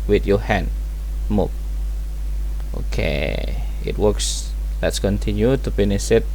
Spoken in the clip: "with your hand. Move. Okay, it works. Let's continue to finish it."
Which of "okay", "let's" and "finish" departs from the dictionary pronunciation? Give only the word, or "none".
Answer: finish